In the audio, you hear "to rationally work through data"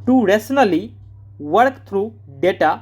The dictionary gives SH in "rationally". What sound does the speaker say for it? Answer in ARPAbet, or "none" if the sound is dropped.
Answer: S